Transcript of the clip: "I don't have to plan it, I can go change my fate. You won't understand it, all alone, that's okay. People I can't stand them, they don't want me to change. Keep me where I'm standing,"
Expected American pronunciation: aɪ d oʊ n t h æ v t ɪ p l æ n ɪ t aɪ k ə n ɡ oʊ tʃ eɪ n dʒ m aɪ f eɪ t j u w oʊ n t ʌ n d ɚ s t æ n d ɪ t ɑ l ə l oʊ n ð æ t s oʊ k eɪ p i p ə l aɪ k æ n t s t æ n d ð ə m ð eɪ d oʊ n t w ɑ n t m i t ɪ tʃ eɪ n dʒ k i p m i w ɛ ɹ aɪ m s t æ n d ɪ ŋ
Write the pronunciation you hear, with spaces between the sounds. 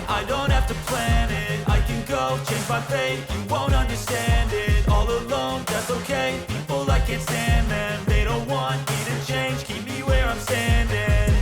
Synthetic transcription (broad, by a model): aɪ d oʊ n t h æ f t ɪ p l æ n ɪ t aɪ k ə n ɡ oʊ tʃ eɪ n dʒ m aɪ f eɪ j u w oʊ n t ʌ n d ɚ s t æ n d ɪ t ɑ l ə l oʊ n ð æ t s oʊ k eɪ p i p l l aɪ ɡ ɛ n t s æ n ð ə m ð eɪ d oʊ n t w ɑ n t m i t ɪ tʃ eɪ n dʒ k i p m i w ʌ ɹ aɪ m s t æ n d ɪ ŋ